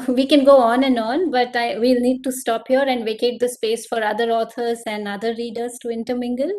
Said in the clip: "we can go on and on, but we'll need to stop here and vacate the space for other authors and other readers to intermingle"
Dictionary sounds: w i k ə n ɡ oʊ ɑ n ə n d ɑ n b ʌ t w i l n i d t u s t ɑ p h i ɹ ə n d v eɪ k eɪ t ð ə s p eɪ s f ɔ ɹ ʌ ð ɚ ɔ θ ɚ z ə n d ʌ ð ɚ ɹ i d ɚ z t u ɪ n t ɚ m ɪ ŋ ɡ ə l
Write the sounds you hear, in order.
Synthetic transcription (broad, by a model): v i k ə n ɡ oʊ ɑ n ə n d ɑ n b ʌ t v i l n i d t u s t ɑ p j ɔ ɹ ə n d v eɪ k eɪ t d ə s p eɪ s f ɔ ɹ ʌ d ɚ ɔ t ɚ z ə n d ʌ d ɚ ɹ i d ɚ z t u ɪ n t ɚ m ɪ ŋ ɡ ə l